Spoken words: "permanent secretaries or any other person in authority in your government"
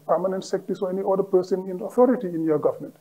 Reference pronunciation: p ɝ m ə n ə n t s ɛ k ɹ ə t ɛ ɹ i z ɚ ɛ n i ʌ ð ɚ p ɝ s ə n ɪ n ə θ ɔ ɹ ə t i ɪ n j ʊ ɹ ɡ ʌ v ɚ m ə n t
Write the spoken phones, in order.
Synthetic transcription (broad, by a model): p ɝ m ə n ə n t s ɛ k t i s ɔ ɛ n i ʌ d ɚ p ɝ s ə n ɪ n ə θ ɔ ɹ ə t i ɪ n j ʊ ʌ ɡ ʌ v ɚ m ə n t